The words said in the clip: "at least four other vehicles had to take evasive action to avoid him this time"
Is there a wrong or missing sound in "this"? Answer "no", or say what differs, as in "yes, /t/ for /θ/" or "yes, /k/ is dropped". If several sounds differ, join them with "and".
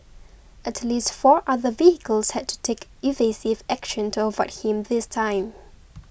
no